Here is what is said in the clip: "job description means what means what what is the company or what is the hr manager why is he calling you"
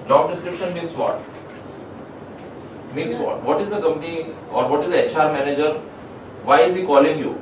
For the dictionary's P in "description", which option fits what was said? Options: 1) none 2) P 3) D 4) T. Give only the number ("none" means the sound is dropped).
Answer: 2